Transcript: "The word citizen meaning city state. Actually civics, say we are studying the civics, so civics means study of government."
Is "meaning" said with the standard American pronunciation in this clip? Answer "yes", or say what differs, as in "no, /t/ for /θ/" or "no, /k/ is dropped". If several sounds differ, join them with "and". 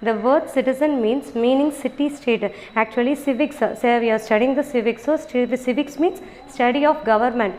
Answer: yes